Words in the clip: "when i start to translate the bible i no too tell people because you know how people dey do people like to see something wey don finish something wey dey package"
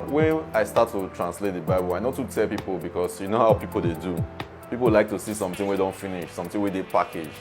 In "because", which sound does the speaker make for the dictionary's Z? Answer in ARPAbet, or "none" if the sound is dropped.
S